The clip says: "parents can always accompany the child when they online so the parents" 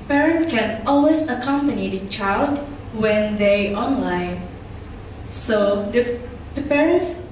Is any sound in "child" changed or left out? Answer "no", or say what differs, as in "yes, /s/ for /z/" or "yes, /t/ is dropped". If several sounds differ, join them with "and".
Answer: no